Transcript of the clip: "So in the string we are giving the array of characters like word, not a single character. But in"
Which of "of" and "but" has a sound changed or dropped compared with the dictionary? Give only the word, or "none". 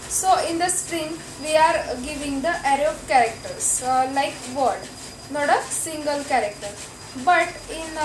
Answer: of